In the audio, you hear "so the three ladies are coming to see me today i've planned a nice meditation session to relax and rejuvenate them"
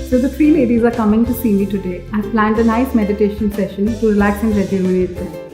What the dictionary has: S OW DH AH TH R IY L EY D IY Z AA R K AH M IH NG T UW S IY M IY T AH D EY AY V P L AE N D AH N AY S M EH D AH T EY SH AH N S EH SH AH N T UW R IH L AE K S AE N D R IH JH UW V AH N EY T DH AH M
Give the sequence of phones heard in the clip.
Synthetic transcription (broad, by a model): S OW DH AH T R IY L EY D IY Z AA R K AH M IH NG T UW S IY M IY T AH D EY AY P L AE N D AH N AY S M EH D AH T EY SH AH N S EH SH AH N T UW R IH L AE K S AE N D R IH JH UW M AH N EY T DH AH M